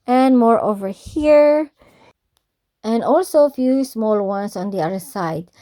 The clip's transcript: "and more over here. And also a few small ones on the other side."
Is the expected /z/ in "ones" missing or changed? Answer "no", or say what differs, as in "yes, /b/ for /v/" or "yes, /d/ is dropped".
yes, /s/ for /z/